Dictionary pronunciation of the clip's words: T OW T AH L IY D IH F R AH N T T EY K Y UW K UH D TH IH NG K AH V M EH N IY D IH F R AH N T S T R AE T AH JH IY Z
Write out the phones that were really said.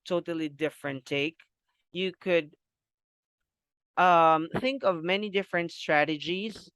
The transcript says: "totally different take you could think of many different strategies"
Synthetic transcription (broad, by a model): T OW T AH L IY D IH F R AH N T T EY K Y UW K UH D TH IH NG K AH V M EH N IY D IH F R AH N T S T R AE T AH JH IY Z